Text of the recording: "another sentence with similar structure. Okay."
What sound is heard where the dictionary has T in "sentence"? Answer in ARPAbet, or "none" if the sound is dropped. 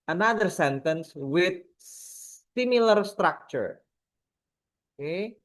T